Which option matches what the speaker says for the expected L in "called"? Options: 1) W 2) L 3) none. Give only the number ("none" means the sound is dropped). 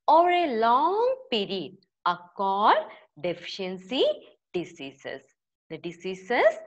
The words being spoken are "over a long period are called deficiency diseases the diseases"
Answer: 3